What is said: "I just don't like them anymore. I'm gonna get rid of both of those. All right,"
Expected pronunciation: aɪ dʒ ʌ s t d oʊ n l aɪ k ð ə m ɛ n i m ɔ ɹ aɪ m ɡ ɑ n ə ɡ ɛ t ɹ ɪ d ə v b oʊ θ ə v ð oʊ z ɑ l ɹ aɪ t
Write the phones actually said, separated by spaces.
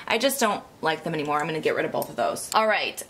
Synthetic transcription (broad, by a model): aɪ dʒ ʌ s d oʊ n l aɪ k ð ə m ɛ n i m ɔ ɹ aɪ m ɡ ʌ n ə ɡ ɛ t ɹ ɪ d ə v b oʊ θ ə v ð oʊ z ɑ l ɹ aɪ t